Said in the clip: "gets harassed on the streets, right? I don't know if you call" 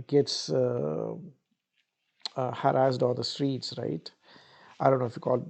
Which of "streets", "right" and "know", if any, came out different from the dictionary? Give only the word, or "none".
none